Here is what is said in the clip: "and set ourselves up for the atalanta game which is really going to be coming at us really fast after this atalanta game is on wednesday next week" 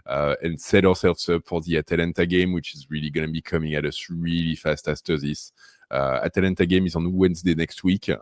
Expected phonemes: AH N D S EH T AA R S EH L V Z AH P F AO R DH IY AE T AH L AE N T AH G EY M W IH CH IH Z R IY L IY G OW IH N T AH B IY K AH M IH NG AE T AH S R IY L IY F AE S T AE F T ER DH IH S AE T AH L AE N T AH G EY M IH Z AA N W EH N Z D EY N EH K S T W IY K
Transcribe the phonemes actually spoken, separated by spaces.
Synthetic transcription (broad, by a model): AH N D S EH T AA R S EH L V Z AH P F AO R DH IY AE T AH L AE N T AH G EY M W IH CH IH Z R IY L IY G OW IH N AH B IY K AH M IH NG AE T AH S R IY L IY F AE S T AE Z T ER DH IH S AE T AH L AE N T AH G EY M IH Z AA N W EH N Z D EY N EH K S T W IY K